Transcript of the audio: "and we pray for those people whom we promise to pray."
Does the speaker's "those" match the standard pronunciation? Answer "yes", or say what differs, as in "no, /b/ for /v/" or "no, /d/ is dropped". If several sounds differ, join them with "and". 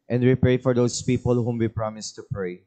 no, /s/ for /z/